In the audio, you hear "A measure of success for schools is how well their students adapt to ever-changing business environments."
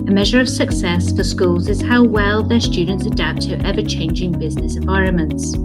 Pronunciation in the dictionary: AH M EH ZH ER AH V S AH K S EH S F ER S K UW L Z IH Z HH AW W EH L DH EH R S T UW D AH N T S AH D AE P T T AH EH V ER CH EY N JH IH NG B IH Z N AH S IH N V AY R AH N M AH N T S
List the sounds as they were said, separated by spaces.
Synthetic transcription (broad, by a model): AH M EH ZH ER AH V S AH K S EH S F ER S K UW L Z IH Z HH AW W EH L DH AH R S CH UW D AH N T S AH D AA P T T EH V ER CH EY N JH IH NG B IH Z N AH S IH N V AY R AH N M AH N T S